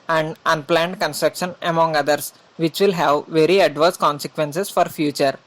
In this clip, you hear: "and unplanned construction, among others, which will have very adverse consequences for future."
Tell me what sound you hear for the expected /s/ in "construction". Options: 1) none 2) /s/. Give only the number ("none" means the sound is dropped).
2